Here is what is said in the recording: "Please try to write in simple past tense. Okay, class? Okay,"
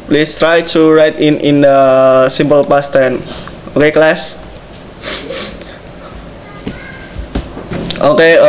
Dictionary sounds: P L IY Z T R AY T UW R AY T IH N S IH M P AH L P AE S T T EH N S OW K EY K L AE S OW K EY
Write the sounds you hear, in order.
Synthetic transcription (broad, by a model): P L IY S T R AY T UW R AY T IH N S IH M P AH L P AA S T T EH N OW K EY K L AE S OW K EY